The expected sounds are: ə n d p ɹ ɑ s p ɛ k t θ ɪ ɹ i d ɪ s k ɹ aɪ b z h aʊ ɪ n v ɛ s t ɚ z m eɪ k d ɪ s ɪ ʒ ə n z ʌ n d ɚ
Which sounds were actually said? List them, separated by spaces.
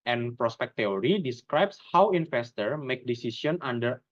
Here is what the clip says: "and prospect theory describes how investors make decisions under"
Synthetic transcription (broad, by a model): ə n p ɹ ɑ s p ɛ k t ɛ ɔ ɹ i d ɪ s k ɹ aɪ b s h aʊ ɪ n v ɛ s t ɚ m eɪ k d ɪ s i s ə n ɑ n d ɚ